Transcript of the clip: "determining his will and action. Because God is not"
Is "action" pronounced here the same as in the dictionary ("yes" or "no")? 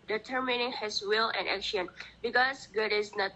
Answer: yes